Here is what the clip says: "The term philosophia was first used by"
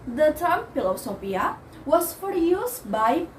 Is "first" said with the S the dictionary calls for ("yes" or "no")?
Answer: no